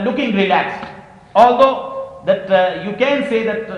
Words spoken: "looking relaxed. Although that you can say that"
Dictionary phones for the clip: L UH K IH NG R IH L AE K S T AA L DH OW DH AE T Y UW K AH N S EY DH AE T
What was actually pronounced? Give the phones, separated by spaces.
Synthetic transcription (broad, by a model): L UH K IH NG R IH L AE K S AA L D OW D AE T Y UW K AH N S EY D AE T